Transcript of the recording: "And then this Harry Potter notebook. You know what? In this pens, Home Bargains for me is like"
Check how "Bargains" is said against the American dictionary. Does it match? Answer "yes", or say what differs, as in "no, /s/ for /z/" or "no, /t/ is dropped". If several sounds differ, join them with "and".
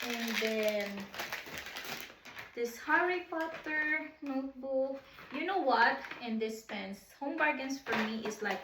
no, /s/ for /z/